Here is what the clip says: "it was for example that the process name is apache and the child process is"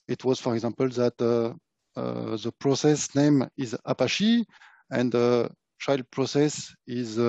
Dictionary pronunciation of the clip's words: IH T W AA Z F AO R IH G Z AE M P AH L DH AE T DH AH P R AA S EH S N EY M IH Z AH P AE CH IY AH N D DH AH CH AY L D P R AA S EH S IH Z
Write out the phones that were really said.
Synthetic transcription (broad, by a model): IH T W AA Z F AO R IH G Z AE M P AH L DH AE T DH AH P R AA S EH S N EY M IH Z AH P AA SH IY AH N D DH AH CH AY L D P R AA S EH S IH Z